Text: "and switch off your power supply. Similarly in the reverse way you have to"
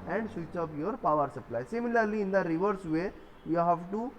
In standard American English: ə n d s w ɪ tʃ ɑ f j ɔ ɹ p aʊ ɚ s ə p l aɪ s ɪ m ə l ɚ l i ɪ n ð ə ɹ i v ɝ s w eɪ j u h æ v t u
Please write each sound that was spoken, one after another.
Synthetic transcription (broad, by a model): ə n d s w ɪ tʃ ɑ p j ɔ ɹ p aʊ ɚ s ə p l aɪ s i m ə l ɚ l i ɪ n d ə ɹ i v ɝ s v eɪ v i h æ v t u